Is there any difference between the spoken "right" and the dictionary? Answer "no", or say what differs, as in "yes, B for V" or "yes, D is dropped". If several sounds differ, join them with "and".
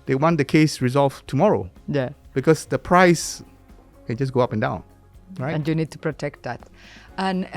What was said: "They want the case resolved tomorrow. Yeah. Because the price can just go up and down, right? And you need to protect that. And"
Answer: yes, T is dropped